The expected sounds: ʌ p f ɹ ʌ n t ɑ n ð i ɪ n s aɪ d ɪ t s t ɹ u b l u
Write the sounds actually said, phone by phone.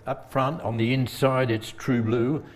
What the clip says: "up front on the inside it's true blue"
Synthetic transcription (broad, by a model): ʌ p f ɹ ʌ n t n ð i ɪ n s aɪ d ɪ t s t ɹ u b l u